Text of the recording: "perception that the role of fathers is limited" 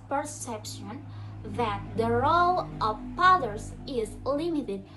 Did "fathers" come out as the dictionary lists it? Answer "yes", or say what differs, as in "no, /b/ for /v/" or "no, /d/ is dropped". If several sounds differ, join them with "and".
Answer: no, /p/ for /f/